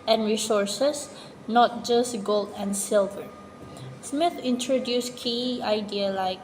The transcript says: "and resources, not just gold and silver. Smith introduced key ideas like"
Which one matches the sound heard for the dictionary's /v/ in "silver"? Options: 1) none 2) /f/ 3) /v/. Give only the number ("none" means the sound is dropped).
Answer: 3